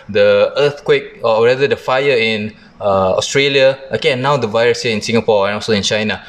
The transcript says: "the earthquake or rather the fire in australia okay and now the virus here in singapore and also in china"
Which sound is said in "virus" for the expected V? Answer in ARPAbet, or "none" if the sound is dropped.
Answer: V